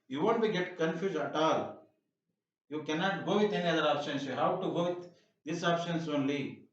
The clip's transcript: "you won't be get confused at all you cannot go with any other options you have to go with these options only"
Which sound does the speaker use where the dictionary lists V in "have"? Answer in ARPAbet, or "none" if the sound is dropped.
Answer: W